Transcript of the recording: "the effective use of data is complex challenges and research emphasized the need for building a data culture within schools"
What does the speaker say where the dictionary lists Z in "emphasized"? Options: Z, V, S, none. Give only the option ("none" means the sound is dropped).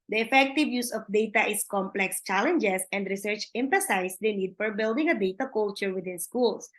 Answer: S